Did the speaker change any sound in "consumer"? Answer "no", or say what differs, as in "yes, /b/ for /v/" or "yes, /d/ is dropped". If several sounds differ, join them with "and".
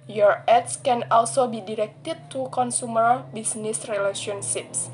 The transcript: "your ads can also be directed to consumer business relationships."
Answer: no